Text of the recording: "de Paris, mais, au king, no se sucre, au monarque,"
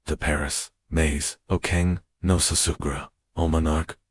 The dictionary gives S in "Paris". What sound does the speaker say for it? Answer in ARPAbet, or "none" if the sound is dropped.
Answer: S